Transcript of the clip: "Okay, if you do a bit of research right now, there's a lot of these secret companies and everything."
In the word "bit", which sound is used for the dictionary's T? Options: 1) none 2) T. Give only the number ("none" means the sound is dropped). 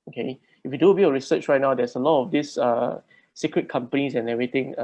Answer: 1